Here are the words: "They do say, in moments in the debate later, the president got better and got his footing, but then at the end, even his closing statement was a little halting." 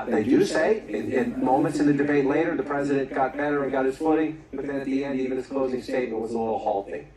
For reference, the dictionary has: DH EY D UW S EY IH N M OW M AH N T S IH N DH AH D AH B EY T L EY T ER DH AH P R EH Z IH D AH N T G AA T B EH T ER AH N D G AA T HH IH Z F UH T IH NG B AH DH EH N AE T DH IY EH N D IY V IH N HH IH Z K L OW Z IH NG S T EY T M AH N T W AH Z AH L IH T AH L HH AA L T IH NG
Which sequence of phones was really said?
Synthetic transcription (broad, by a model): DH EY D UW S EY IH N M OW M AH N T S IH N DH AH D AH B EY T L EY T ER DH AH P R EH Z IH D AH N G AA T B EH T ER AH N G AA T HH IH Z F UH T IH NG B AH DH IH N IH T DH IY EH N D IY V IH N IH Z K L OW Z IH NG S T EY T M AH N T W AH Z AH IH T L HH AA L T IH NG